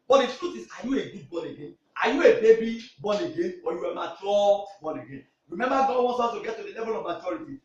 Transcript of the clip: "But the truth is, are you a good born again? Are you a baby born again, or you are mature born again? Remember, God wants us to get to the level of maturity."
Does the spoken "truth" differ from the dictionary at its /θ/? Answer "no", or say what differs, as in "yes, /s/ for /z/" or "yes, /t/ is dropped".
yes, /s/ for /θ/